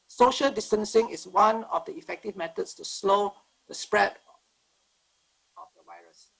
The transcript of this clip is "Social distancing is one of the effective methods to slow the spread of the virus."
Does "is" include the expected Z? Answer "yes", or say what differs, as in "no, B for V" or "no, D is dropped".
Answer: no, S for Z